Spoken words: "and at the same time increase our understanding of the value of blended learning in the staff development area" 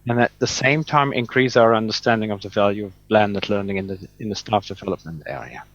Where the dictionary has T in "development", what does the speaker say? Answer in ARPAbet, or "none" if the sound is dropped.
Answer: T